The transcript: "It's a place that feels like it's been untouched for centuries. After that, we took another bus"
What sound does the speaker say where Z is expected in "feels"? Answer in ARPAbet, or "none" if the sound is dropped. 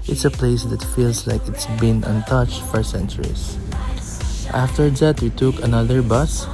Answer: S